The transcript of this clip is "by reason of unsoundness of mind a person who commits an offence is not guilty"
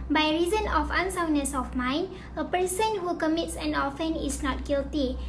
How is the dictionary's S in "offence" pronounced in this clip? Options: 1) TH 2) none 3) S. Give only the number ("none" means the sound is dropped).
2